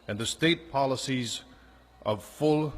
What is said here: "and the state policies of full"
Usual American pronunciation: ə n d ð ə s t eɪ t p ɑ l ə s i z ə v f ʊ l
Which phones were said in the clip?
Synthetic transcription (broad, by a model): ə n ð ə s t eɪ t p ɑ l ə s i z ə v f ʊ l